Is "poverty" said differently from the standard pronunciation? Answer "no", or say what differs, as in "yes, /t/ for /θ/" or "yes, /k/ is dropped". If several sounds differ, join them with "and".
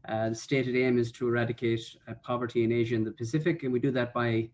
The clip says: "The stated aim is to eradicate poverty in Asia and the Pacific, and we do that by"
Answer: no